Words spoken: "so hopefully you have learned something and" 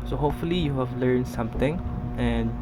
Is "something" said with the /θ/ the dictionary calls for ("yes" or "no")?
no